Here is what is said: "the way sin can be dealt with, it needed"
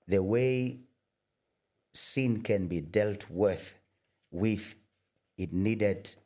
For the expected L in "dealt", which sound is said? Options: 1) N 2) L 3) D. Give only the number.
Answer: 2